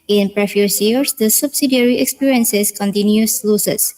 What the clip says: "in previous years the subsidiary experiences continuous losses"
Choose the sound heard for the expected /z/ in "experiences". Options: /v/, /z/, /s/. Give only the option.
/s/